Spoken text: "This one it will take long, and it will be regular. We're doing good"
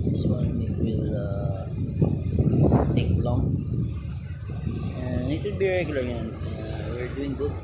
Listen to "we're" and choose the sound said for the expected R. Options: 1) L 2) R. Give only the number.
2